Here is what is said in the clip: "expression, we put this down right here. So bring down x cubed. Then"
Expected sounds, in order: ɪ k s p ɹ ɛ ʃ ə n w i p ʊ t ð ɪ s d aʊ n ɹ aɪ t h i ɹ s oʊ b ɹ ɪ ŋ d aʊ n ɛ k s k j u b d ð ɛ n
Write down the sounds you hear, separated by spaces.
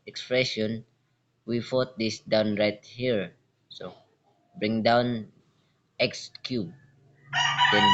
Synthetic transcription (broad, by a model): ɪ k s p ɹ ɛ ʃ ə n w i f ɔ t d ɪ s d aʊ n ɹ aɪ t h i ɹ s oʊ b ɹ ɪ ŋ d aʊ n ɛ k s k j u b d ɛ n